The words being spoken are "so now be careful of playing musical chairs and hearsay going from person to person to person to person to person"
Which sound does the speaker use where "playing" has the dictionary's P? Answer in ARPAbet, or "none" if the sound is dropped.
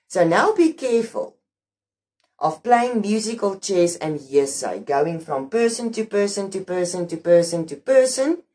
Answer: P